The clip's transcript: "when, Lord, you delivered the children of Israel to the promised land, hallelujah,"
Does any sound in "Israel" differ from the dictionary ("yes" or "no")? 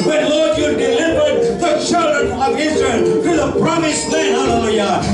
no